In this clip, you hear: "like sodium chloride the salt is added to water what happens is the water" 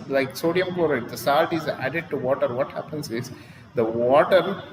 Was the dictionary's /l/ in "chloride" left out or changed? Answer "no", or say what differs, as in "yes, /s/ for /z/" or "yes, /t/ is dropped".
yes, /l/ is dropped